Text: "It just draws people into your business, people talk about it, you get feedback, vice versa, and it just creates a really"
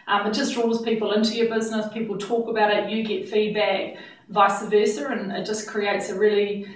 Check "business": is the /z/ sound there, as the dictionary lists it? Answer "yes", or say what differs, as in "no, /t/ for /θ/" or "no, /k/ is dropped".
yes